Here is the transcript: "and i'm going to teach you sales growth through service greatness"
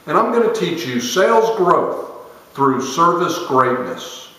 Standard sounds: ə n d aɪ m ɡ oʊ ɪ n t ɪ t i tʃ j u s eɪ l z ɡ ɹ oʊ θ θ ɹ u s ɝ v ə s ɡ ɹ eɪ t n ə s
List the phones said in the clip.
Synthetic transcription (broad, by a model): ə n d aɪ m ɡ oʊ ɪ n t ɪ t i tʃ j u s eɪ l z ɡ ɹ oʊ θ θ ɹ u s ɝ v ə s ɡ ɹ eɪ t n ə s